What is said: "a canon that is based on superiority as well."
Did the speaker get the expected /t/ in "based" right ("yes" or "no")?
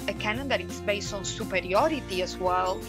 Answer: no